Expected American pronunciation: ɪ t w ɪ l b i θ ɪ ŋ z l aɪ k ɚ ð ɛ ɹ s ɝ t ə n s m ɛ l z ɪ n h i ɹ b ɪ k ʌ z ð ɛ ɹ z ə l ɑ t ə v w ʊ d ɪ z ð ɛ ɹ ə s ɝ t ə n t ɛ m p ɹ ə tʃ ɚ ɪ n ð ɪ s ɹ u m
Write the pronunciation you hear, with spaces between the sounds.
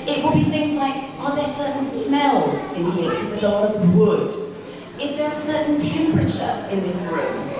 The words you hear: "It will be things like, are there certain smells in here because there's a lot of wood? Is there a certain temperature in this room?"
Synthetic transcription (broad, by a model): ɪ t w ɪ l b i θ ɪ ŋ z l aɪ k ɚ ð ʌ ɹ s ɝ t n s m ɛ l z ɪ n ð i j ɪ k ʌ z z ə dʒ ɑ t ə v w ʊ d ɪ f ð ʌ ɹ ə s ɝ t n t ɛ m p ɹ ə tʃ ɚ ɪ n ð ɪ s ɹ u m